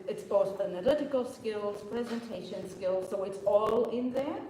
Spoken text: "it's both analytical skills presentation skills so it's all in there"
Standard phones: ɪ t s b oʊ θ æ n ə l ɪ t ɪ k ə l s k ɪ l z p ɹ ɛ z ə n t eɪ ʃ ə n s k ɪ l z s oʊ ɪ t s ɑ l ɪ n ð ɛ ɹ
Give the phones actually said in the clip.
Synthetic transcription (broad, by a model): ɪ t s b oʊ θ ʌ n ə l ɪ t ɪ k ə l s k ɪ l z p ɹ ɛ z ə n t eɪ ʃ ə n s k ɪ l z s oʊ ɪ t s ɑ l ɪ n ð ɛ ɹ